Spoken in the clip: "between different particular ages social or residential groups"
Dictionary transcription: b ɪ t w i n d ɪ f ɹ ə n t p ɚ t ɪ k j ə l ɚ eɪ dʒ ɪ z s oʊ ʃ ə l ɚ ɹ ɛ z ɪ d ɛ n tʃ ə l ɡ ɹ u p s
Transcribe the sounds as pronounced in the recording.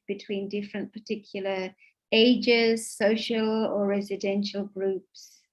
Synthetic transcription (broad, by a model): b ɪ t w i n d ɪ f ɹ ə n p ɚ t ɪ k j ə l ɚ eɪ dʒ ɪ z s oʊ ʃ ə l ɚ ɹ ɛ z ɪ d ɛ n ʃ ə l ɡ ɹ u p s